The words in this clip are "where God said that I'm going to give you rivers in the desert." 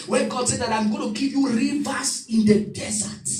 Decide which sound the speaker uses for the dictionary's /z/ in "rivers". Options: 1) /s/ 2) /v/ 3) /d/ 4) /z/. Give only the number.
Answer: 1